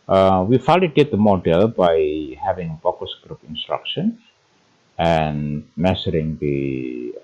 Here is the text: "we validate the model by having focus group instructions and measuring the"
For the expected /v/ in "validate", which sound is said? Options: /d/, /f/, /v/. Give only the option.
/f/